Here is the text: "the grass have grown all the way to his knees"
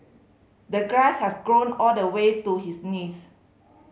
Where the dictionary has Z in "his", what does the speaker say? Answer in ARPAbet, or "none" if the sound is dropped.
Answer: S